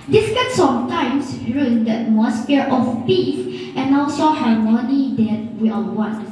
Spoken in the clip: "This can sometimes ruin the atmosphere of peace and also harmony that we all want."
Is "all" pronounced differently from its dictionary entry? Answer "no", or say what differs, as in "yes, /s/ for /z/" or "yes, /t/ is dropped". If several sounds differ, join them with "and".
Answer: yes, /n/ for /l/